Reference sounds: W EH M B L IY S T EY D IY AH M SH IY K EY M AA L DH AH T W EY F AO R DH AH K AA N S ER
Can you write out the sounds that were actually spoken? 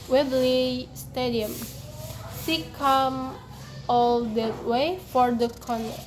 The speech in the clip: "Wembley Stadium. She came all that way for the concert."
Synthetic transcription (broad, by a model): W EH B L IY S T EY D IY AH M S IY K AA M AA L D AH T W EY F AO R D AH K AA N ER